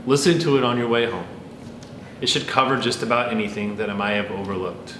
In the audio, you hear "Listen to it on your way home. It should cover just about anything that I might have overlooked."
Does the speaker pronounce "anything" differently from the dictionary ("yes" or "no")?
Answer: no